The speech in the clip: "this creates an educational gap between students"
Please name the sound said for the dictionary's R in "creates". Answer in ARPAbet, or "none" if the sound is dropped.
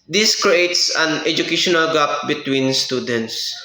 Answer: R